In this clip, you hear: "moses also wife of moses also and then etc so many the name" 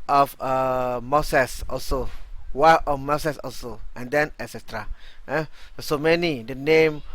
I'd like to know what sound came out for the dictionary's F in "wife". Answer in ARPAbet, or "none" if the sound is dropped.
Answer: none